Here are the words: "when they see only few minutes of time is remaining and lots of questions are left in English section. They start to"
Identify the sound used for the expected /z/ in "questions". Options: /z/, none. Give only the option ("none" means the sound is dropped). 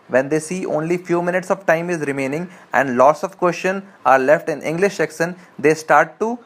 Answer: none